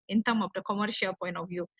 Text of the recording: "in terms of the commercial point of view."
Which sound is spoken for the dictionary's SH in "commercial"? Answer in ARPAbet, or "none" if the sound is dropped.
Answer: SH